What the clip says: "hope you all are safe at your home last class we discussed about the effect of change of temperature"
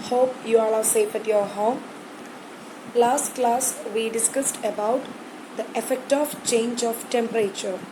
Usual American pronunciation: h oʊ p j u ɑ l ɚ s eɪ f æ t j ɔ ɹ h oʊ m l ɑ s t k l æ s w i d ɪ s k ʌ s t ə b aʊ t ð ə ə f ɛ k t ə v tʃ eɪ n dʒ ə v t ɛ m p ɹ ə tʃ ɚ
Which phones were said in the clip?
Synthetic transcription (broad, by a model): h oʊ p j u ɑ n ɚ s eɪ f æ t j ɔ ɹ h oʊ m l ɑ s t k l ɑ s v i d ɪ s k ʌ s t ə b aʊ t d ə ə f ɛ k t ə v tʃ eɪ n dʒ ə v t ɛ m p ɹ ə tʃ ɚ